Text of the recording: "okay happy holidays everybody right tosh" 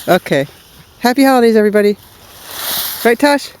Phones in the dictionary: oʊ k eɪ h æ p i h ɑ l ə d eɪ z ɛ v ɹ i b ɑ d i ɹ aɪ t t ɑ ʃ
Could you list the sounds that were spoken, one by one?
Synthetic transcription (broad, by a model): oʊ k eɪ h æ p i h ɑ ə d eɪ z ɛ v ɹ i b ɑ d i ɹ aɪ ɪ t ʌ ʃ